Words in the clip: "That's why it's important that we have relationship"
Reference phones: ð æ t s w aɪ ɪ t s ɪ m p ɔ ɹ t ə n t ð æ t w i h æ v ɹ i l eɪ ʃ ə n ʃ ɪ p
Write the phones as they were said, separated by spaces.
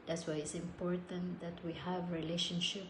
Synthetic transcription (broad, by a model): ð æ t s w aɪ ɪ t s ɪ m p ɔ ɹ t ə n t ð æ t w i h æ v ɹ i l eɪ ʃ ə n ʃ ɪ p